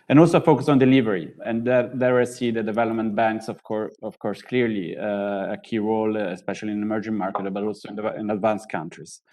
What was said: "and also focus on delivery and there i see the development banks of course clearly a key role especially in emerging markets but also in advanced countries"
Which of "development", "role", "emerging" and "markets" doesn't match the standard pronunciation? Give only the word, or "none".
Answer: markets